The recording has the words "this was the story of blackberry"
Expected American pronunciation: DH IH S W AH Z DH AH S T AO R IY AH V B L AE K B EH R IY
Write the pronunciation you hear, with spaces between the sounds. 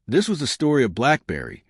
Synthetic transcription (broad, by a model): DH IH S W AH Z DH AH S T AO R IY AH V B L AE K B EH R IY